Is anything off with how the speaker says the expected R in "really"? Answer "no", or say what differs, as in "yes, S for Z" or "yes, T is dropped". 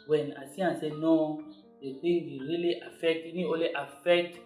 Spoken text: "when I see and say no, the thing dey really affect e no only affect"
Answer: no